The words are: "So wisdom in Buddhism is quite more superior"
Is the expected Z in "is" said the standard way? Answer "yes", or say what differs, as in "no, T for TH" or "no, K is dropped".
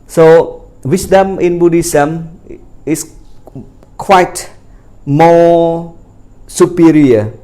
no, S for Z